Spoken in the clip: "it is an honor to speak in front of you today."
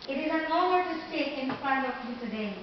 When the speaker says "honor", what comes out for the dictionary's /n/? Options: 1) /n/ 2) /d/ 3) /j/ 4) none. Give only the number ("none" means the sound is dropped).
4